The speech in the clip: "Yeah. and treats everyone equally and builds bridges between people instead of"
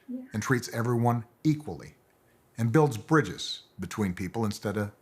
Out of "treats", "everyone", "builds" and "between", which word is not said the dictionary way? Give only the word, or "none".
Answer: none